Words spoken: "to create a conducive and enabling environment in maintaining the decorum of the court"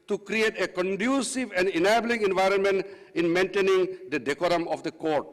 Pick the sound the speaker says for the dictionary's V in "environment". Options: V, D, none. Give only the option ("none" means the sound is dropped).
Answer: V